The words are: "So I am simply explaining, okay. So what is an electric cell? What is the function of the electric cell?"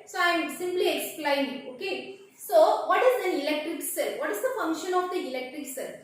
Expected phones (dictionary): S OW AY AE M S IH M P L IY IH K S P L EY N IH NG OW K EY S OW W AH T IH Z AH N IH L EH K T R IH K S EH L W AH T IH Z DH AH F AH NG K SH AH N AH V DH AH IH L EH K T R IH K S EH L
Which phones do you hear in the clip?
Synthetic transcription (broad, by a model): S OW AY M S IH M P L IY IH K S P L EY IH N OW K EY S OW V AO T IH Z AH N IH L EH K T R IH K S EH L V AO T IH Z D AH F AH NG K SH AH N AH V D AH IH L EH K T R IH K S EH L